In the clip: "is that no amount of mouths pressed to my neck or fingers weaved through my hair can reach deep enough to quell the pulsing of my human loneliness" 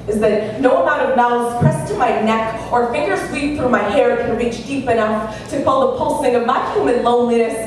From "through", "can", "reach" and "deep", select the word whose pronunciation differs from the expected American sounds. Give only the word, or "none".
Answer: none